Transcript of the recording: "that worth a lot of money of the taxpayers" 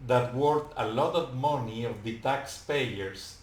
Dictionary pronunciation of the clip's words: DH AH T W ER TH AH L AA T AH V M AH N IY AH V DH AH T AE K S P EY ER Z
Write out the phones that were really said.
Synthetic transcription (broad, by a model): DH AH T W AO T AH L AA T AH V M AH N IY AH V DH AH T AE K S P EY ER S